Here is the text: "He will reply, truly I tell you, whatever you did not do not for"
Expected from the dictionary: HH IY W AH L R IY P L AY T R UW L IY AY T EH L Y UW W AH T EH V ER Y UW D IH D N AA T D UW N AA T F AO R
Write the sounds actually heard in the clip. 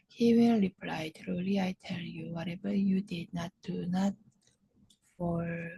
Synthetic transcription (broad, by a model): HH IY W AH N R IY P L AY T R UW L IY AY T EH L Y UW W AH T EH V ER Y UW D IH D N AA T D UW N AA T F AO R